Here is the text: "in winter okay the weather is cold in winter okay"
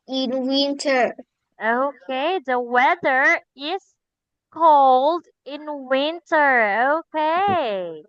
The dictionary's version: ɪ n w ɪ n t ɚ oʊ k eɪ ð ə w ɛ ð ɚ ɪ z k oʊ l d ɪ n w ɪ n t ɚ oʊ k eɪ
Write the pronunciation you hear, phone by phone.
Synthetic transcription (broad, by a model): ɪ n w ɪ n t ɚ oʊ k eɪ ð ə w ɛ ð ɚ ɪ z k oʊ l d ɪ n w ɪ n t ɚ oʊ k eɪ